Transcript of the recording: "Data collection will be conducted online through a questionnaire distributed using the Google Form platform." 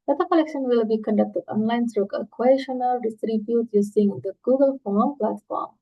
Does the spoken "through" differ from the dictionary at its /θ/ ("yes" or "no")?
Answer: yes